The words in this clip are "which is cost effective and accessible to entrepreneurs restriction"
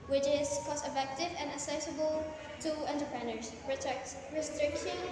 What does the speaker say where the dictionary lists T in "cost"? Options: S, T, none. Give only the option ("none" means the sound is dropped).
none